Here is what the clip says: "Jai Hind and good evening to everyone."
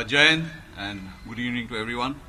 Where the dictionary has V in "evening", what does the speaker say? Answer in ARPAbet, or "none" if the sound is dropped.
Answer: none